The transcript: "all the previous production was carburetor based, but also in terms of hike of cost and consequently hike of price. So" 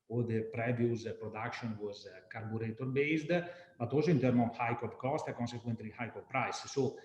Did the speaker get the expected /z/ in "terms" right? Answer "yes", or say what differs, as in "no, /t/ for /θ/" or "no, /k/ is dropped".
no, /z/ is dropped